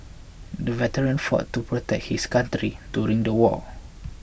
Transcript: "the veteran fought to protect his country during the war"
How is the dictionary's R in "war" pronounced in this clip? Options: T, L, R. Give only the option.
L